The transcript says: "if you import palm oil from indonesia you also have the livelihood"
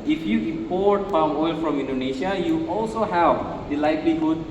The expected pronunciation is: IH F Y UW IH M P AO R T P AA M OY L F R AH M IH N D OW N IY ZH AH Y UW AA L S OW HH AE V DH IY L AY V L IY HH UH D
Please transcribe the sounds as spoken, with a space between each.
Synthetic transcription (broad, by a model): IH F Y UW IH M P AO R T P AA OY L F R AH M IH N D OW N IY SH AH Y UW AA L S OW HH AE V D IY L AY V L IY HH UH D